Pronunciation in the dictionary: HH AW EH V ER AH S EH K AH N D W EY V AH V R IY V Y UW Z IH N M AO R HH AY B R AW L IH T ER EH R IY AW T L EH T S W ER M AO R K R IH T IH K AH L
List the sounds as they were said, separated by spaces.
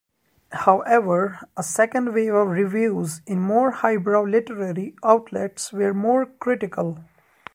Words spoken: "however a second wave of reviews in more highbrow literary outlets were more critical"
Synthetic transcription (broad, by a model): HH AW EH V ER AH S EH K AH N D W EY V AH V R IY V Y UW Z IH N M AO R HH AY B R AW L IH T ER EH R IY AW T L EH T S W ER M AO R K R IH T IH K AH L